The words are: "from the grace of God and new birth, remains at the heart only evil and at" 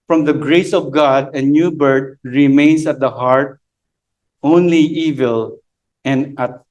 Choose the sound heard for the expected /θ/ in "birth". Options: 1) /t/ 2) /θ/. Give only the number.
1